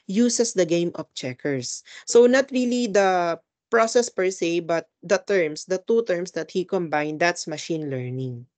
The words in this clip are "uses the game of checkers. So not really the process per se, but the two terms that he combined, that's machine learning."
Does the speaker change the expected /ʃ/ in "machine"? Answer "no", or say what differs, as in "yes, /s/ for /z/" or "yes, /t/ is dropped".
no